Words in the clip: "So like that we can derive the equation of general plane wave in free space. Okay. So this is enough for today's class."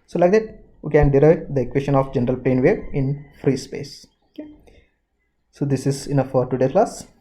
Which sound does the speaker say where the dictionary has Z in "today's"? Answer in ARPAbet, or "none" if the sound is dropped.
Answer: none